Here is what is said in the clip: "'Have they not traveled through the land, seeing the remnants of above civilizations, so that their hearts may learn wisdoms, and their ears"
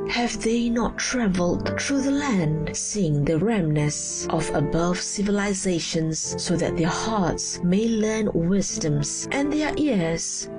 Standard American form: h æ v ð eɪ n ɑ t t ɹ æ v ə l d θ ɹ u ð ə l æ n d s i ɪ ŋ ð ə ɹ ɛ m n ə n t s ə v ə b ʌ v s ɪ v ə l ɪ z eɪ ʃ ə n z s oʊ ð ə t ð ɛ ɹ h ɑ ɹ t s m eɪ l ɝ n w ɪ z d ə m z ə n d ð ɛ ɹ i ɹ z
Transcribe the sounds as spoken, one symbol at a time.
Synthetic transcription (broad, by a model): h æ v ð eɪ n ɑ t t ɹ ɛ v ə l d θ ɹ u ð ə l æ n d s i ɪ ŋ ð ə ɹ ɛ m n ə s t ə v ə b ʌ v s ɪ v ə l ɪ z eɪ ʃ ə n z s oʊ ð ə t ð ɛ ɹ h ɑ ɹ t s m eɪ l ɝ n w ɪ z d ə m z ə n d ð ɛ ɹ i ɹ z